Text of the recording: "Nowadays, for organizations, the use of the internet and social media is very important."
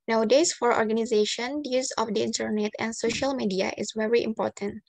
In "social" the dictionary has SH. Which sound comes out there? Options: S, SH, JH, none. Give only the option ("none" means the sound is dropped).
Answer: SH